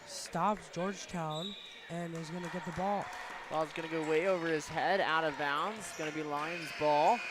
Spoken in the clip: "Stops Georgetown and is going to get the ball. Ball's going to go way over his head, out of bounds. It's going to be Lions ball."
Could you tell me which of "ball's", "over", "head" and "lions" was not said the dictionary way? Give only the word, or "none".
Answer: none